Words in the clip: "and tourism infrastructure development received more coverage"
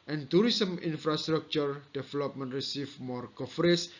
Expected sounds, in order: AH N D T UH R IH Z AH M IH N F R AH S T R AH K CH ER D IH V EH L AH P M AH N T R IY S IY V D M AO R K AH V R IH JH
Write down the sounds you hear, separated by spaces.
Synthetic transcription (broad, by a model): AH N T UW R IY S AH M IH N F R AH S T R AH K CH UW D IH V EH L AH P M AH N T R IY S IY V M AO R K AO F R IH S